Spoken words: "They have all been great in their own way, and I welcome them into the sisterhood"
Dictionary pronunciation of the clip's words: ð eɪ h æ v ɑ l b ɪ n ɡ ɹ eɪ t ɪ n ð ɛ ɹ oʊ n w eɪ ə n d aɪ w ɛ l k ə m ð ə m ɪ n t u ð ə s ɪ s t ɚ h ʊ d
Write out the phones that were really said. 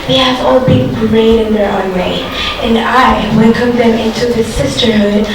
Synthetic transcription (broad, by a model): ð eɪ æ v ɑ l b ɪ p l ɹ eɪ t ɪ n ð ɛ ɹ oʊ n w eɪ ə n aɪ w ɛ n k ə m ð ə m ɪ n t u ð ə s ɪ s t ɚ h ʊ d